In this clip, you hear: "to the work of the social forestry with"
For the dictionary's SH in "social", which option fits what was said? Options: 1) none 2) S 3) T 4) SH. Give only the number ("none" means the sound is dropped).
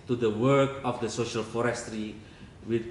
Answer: 4